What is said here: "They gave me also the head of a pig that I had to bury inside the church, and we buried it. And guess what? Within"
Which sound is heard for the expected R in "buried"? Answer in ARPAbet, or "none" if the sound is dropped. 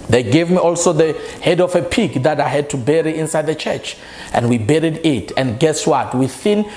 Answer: R